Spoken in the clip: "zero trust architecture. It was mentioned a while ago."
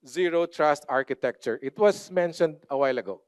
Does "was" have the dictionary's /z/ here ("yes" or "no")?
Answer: no